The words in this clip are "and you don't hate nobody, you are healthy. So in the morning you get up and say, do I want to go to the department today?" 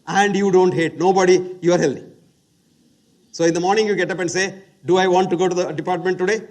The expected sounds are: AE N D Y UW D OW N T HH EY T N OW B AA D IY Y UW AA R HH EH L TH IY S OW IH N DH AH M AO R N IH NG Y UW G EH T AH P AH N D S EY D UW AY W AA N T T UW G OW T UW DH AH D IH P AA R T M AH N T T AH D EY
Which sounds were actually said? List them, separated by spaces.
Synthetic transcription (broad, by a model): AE N D Y UW D OW N T HH EY T N OW B AA D IY Y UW AA R HH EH L T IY S OW IH N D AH M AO R N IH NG Y UW G EH T AH P AH N D S EY D UW AY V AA N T T UW G OW T UW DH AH D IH P AA R T M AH N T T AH D EY